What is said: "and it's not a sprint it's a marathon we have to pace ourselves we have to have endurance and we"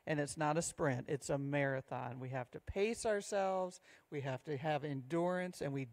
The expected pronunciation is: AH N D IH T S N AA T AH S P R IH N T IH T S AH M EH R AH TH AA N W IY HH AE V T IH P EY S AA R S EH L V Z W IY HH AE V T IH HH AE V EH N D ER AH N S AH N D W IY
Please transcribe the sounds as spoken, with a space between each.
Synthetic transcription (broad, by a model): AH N IH T S N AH T AH S P R IH N T IH T S AH M EH R AH TH AA N W IY HH AE F T IH P EY S AA R S EH L V Z W IY HH AE F T IH V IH N D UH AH N S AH N W IY